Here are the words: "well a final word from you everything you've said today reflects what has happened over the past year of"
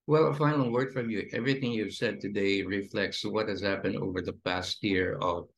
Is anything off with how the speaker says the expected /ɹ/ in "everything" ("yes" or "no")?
no